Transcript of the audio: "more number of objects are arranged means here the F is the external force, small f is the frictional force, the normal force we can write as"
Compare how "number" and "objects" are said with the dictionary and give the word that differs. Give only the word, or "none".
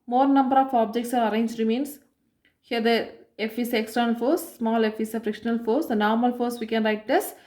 none